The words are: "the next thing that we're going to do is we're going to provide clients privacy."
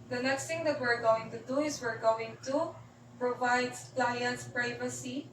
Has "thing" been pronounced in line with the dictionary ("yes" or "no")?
no